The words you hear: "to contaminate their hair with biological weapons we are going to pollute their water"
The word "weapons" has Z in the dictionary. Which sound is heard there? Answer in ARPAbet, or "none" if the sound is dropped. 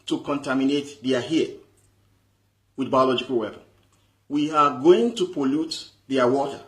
none